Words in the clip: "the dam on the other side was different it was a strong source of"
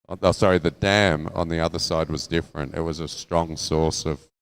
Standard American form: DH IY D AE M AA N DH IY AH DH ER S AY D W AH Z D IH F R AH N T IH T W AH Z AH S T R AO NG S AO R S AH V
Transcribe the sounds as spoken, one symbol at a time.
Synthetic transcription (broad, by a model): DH IY D AE M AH N DH IY AH DH ER S AY D W AH Z D IH F R AH N T IH T W AH Z AH S T R AO NG S AO R S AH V